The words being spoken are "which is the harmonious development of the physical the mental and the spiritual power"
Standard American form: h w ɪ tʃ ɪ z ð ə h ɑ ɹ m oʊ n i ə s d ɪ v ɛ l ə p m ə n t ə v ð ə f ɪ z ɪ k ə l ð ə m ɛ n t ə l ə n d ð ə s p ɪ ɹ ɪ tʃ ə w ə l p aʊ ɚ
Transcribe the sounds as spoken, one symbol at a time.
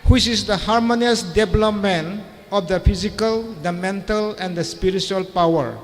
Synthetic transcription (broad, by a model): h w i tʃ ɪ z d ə h ɑ ɹ m oʊ n i ə s d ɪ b l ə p m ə n ə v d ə p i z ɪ k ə l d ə m ɛ n t ə l ə n d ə s p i ɹ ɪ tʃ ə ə l p aʊ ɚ